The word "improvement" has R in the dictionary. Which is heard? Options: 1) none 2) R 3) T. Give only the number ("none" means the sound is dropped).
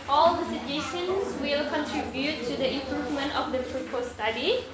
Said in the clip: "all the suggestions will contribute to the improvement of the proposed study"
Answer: 2